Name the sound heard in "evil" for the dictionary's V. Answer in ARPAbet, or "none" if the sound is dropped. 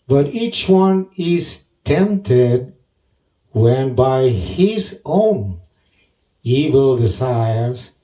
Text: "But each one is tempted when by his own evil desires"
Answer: V